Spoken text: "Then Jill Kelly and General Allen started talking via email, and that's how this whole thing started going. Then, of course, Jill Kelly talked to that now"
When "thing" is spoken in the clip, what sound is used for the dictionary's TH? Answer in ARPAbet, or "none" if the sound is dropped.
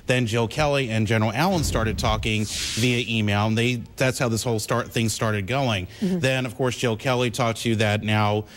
TH